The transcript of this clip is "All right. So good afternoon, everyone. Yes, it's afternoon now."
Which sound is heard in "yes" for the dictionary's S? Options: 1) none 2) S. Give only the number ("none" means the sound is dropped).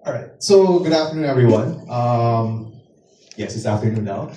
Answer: 2